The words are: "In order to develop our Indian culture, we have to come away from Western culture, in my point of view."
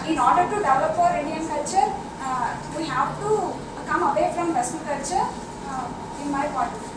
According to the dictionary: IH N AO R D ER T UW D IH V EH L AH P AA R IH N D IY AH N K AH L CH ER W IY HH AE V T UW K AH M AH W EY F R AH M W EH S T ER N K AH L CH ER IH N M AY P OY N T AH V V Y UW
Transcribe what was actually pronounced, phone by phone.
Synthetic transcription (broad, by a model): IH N AO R D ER T UW D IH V L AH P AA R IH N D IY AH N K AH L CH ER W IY HH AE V T UW K AH M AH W EY F R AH M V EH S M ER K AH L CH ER IH N M AY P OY T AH